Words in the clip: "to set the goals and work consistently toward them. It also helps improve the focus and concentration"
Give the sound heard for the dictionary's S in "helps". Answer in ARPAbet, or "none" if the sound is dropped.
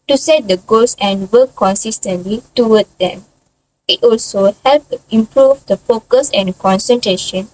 none